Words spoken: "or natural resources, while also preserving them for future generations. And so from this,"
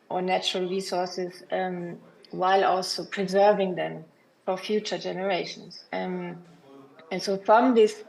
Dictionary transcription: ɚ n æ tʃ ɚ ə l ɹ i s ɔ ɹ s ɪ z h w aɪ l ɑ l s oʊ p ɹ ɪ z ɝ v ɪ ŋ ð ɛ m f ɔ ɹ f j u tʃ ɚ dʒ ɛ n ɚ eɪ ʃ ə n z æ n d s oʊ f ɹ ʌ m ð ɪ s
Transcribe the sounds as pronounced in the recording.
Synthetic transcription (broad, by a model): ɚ n æ tʃ ɚ ə l ɹ i s ɔ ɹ s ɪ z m w aɪ l ɑ l s oʊ p ɹ ɪ z ɝ v ɪ ŋ ð ɛ m f ɔ ɹ f j u tʃ ɚ dʒ ɛ n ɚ eɪ ʃ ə n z n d s oʊ f ɹ ʌ m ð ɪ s